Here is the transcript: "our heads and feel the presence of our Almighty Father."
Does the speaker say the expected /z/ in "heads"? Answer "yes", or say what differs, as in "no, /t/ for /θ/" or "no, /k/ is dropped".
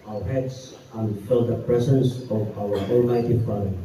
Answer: no, /s/ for /z/